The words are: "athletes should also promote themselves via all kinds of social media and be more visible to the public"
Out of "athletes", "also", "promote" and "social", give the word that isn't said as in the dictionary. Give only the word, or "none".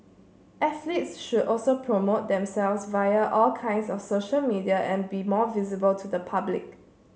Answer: athletes